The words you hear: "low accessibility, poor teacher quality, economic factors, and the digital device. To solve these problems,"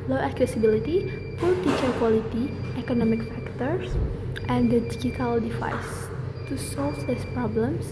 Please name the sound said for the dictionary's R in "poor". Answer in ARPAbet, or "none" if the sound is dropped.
L